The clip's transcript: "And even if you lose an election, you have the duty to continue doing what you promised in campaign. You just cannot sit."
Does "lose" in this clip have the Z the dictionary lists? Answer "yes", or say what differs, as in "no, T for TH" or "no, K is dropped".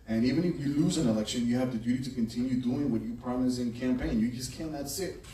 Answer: yes